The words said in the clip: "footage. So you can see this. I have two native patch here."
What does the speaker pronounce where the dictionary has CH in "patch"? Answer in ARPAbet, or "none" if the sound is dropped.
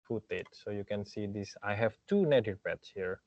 S